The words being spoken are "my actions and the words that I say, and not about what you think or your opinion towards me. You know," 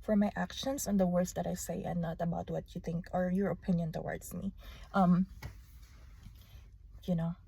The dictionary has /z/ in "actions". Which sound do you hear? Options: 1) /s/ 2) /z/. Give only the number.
1